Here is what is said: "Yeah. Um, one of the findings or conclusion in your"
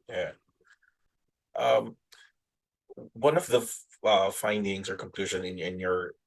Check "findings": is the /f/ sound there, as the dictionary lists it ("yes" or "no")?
yes